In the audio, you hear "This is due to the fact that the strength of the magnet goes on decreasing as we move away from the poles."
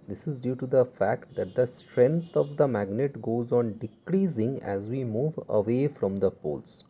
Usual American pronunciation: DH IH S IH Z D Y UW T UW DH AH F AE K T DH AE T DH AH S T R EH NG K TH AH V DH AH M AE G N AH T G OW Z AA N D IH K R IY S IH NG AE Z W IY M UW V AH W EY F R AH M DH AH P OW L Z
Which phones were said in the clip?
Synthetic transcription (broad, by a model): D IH S IH Z D Y UW T UW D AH F AE K T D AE T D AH S T R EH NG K T AH V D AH M AE G N AH T G OW Z AA N D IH K R IY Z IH NG AE Z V IY M UW V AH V EY F R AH M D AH P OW L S